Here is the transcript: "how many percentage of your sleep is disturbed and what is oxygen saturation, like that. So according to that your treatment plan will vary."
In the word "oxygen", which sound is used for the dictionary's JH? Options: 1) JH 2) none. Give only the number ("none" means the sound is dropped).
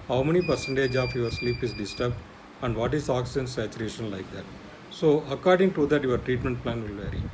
2